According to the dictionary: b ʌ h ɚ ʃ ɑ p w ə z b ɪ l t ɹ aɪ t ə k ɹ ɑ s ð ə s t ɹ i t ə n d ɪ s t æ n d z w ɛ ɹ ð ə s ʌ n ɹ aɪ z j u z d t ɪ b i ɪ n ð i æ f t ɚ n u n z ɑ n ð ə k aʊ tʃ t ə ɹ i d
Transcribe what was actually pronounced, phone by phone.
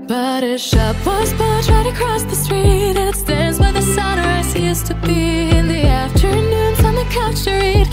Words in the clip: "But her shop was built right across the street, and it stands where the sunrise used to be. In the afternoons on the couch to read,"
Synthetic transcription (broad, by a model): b ʌ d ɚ ʃ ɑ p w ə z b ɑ t ɹ aɪ t ə k ɹ ɑ s ð ə s t ɹ i t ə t s t æ n d z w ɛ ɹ ð ə s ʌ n ɹ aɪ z j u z t ɪ b i ɪ n ð i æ f t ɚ n u n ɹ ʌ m ð ə k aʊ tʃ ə ɹ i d